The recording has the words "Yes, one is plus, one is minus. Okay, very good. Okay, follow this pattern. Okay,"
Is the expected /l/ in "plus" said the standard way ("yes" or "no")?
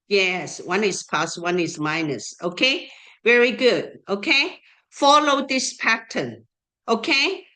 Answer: no